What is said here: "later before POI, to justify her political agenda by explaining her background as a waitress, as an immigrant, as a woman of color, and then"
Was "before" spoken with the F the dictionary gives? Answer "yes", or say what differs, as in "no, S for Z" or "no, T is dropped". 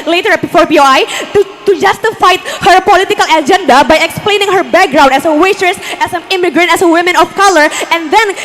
yes